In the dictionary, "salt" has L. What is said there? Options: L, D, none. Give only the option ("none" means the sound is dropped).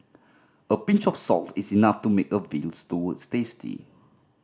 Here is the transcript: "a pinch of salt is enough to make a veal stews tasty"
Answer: L